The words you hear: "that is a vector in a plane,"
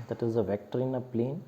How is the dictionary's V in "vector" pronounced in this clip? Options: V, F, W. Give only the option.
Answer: V